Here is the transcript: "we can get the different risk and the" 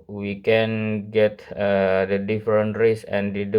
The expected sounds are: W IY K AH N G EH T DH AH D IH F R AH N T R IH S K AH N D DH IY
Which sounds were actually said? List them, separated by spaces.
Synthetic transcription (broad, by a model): W IY K AH N G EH T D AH D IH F R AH N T R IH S AH N D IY